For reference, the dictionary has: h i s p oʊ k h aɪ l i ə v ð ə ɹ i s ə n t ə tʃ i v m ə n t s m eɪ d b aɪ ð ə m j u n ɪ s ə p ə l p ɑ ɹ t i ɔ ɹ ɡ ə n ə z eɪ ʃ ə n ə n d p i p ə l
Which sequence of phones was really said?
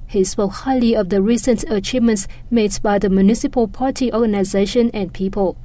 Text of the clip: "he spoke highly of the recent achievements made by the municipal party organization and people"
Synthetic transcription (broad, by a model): h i s p oʊ k h aɪ l i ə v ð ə ɹ i s ə n t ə tʃ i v m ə n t s m eɪ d b aɪ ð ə m j u n ɪ s ə p ə l p ɑ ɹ t i ɔ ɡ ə n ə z eɪ ʃ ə n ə n p i p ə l